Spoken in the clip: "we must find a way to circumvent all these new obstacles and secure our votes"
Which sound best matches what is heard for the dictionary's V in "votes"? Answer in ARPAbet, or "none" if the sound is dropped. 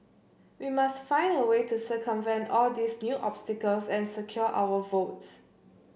V